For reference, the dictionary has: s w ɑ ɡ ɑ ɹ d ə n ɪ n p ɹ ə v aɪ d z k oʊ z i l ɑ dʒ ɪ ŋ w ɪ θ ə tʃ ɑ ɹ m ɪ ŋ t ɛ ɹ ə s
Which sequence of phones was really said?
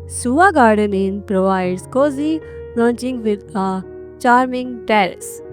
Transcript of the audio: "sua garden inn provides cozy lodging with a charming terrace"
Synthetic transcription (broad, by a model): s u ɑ ɡ ɑ ɹ d ə n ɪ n p ɹ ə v aɪ d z k oʊ z i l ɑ tʃ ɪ ŋ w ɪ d ə tʃ ɑ ɹ m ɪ ŋ t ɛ ɹ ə s